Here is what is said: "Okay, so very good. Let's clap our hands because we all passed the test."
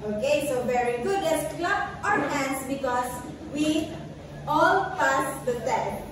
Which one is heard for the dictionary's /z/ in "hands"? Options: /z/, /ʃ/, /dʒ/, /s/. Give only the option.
/s/